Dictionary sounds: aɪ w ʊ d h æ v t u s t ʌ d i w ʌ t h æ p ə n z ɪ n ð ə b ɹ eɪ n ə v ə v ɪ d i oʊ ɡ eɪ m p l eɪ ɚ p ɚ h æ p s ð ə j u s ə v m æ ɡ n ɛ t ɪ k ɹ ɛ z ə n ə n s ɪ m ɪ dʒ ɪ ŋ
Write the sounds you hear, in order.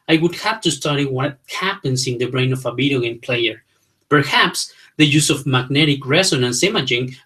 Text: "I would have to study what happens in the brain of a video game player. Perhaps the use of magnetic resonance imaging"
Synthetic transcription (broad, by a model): aɪ w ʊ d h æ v t u s t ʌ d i w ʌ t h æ p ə n s ɪ n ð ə b ɹ eɪ n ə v ə b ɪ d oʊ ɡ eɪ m p l eɪ ɚ p ɚ h æ p s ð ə j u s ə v m æ ɡ n ɛ t ɪ k ɹ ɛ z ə n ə n s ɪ m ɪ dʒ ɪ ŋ